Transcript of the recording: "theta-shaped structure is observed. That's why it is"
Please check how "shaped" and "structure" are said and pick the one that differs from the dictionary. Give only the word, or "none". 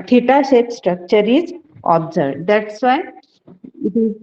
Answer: shaped